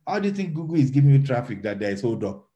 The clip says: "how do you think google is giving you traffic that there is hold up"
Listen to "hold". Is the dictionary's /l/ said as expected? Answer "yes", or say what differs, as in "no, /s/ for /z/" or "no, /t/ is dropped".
no, /l/ is dropped